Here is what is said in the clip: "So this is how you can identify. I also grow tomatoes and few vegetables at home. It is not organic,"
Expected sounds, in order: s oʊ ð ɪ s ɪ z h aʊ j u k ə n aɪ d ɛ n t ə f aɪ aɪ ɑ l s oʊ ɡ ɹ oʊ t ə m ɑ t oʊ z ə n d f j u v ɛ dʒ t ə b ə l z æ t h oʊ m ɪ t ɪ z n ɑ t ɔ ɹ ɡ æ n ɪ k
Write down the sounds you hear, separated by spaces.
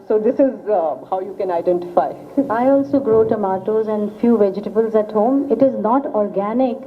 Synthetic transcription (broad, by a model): s oʊ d ɪ s ɪ z h aʊ j u k ə n aɪ d ɛ n t ə f aɪ aɪ ɑ l s oʊ ɡ ɹ oʊ t ə m ɑ t oʊ z ə n d f j u v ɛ dʒ t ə b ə l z æ t h oʊ m ɪ t ɪ z n ɑ t ɔ ɹ ɡ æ n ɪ k